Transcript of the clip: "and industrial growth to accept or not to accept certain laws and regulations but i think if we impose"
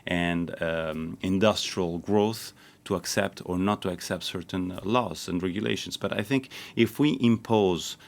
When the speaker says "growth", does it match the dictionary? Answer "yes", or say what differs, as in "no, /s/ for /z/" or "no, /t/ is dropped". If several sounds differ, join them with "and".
yes